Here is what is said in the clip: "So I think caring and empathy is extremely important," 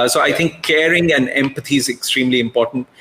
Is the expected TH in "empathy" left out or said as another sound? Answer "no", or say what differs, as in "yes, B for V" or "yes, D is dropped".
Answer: yes, T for TH